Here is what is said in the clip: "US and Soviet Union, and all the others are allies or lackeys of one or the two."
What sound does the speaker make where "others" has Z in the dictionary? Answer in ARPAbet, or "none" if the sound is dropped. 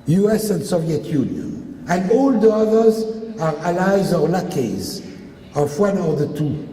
Z